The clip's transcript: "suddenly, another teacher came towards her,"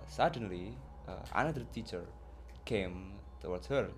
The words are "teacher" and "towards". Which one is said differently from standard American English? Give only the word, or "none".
towards